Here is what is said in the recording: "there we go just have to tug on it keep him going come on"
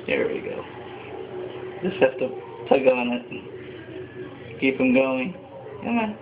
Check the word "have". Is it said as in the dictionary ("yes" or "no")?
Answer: no